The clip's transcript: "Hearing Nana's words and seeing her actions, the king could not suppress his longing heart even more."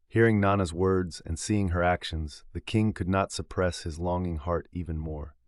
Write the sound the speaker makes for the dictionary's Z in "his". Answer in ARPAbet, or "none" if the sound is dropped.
Z